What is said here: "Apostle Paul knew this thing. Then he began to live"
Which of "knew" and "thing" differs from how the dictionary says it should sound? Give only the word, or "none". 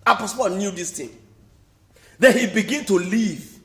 thing